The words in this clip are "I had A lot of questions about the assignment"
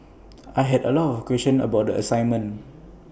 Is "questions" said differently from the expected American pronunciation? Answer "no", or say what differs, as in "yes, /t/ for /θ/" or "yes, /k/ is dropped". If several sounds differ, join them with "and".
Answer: yes, /z/ is dropped